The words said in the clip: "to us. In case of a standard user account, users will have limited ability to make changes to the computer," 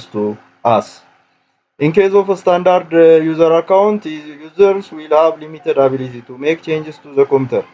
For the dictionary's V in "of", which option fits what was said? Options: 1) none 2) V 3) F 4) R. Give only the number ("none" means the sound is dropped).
3